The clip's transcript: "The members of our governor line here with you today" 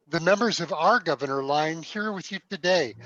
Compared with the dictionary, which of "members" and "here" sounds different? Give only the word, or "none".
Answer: none